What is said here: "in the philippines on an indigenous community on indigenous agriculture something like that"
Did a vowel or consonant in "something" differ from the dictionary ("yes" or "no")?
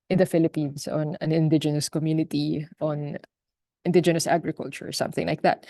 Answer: no